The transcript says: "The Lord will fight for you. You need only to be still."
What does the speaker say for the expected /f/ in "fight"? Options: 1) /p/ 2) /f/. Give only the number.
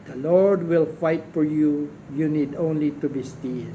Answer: 2